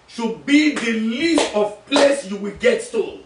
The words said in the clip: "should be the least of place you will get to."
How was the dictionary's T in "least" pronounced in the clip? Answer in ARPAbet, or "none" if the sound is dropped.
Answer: T